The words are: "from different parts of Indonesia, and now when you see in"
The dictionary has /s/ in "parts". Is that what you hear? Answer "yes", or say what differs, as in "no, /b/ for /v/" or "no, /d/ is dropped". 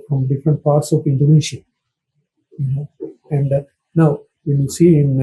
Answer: yes